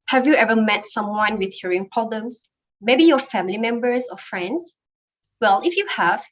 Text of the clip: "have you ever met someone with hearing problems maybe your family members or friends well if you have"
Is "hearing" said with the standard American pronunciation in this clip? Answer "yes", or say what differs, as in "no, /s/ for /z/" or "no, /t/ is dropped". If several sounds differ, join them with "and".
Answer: yes